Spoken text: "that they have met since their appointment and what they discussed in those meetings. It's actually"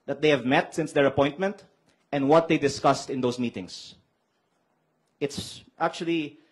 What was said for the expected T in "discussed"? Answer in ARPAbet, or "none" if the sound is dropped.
T